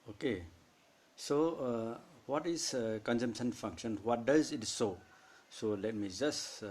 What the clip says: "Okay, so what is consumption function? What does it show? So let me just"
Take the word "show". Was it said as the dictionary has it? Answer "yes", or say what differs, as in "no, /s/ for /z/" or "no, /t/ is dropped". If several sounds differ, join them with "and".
no, /s/ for /ʃ/